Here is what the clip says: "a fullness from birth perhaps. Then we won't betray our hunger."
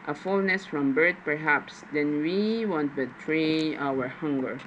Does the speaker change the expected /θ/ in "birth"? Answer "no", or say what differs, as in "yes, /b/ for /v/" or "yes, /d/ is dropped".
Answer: yes, /t/ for /θ/